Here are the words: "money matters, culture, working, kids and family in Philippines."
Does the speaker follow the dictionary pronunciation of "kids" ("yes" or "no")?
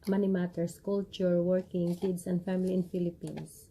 no